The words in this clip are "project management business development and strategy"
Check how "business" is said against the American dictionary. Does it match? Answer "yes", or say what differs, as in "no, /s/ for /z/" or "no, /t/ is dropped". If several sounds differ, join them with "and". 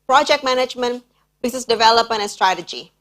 no, /n/ is dropped